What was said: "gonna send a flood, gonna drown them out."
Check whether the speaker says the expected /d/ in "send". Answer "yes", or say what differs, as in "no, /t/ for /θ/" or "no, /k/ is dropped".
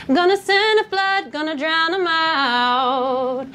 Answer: no, /d/ is dropped